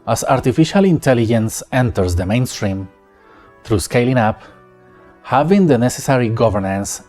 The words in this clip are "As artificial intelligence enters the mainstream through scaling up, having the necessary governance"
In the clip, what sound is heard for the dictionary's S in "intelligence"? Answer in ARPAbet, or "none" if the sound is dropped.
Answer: S